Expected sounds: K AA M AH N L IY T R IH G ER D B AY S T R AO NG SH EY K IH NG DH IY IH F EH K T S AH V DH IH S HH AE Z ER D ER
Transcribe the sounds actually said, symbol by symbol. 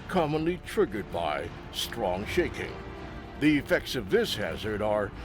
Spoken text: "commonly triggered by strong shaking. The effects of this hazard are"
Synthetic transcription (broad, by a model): K AA M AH N L IY T R IH G ER D B AY S T R AO NG SH EY K IH NG DH IY IH F EH K T S AH V DH IH S HH AE Z ER D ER